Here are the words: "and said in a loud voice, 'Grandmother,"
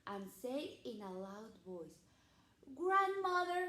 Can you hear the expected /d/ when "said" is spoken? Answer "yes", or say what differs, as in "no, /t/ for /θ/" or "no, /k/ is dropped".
no, /d/ is dropped